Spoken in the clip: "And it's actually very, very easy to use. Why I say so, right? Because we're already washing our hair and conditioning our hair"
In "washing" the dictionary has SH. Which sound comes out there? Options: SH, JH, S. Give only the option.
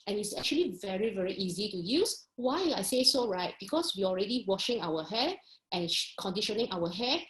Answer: SH